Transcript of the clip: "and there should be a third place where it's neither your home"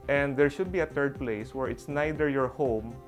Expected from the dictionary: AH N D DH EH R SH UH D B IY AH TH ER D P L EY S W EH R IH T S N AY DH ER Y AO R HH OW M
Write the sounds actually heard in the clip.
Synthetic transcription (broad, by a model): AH N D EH R SH UH D B IY AH T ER D P L EY S W EH R IH T S N AY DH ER Y AO R HH OW M